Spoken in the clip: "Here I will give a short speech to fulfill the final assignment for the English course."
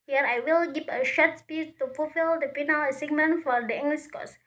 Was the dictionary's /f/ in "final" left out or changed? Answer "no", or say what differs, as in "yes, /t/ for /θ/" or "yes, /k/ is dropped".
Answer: yes, /p/ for /f/